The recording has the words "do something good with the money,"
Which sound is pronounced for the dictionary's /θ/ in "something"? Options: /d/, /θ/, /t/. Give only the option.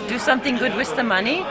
/θ/